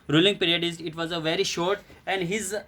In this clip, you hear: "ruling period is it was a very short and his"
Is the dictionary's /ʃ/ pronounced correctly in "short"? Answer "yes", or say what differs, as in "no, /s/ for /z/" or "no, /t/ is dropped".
yes